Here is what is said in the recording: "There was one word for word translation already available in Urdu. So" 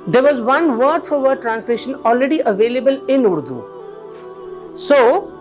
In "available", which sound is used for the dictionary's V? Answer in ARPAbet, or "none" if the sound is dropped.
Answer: V